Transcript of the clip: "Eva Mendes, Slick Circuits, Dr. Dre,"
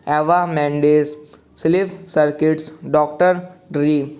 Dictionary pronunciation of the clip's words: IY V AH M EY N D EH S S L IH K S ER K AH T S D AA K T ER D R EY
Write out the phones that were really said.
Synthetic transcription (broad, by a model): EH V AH M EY N D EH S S L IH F S ER K AH T S D AA K T ER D R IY